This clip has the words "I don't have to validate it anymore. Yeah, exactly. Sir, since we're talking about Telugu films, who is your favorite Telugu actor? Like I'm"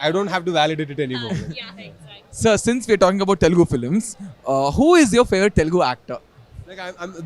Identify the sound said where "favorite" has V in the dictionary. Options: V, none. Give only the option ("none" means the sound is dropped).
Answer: none